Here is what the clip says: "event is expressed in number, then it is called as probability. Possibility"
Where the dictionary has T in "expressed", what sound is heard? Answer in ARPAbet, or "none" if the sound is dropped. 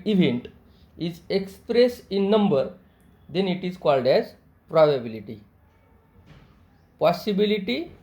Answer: none